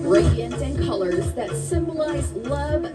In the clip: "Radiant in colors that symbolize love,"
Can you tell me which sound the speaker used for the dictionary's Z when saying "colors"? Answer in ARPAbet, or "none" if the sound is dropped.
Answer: Z